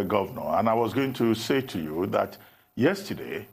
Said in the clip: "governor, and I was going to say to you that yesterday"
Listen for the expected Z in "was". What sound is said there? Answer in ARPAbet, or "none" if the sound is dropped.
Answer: Z